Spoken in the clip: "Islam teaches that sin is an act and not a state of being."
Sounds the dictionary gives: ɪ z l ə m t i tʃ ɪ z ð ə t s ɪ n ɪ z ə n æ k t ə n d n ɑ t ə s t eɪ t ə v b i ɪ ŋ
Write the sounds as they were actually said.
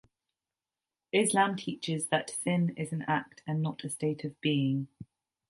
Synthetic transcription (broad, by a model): ɪ z l ə m t i tʃ ɪ z ð ə t θ ɪ n ɪ z ə n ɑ k t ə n n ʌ t ə s t eɪ t ə v b i ɪ ŋ